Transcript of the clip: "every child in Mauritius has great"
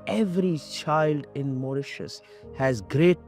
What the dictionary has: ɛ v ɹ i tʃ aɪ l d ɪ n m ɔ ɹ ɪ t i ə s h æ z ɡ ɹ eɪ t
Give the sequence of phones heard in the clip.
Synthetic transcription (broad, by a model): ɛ v ɹ i tʃ aɪ l d ɪ n m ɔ ɹ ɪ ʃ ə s h æ z ɡ ɹ eɪ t